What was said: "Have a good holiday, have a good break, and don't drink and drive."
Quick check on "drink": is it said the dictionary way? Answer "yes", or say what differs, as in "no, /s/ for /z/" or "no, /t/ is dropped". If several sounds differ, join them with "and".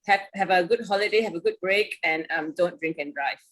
yes